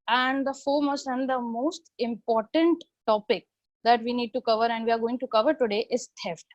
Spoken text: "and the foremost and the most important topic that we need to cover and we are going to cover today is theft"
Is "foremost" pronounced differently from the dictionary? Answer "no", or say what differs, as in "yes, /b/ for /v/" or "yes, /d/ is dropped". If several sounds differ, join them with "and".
yes, /t/ is dropped